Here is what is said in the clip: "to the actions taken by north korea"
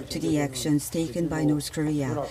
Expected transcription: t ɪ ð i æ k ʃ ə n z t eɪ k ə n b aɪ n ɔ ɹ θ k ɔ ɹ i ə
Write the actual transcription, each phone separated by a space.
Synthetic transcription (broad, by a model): t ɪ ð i æ k ʃ ə n z t eɪ k ə n b aɪ n ɔ ɹ θ k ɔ ɹ i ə